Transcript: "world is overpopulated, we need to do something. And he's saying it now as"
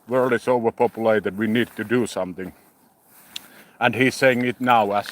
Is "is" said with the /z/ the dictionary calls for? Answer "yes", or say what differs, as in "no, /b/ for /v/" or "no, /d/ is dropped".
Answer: no, /s/ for /z/